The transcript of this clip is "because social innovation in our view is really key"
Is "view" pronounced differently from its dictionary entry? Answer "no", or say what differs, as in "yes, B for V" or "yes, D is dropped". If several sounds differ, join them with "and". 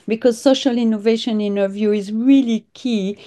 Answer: no